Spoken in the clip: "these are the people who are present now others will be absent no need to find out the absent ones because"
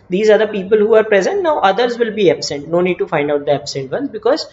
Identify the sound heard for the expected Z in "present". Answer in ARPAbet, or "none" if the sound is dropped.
Z